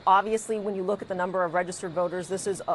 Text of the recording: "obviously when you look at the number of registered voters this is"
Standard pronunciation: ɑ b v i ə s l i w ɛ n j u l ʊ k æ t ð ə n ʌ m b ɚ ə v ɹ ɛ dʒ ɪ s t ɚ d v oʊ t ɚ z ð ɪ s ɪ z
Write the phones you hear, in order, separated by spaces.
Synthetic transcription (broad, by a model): ɑ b v i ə s l i w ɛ n j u l ʊ k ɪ t ð ə n ʌ m b ɚ ə v ɹ ɛ dʒ ɪ s t ɚ d v oʊ t ɚ z ð ɪ s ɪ z